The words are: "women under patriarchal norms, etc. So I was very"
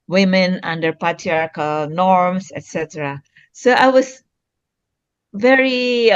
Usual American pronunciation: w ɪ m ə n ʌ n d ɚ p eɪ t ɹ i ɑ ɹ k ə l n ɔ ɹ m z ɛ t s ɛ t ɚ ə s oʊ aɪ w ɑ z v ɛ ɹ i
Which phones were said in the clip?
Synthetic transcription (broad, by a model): w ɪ m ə n ʌ n d ɚ p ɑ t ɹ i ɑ ɹ k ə n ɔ ɹ m s ɛ t s ɛ t ɚ ə s oʊ aɪ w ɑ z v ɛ ɹ i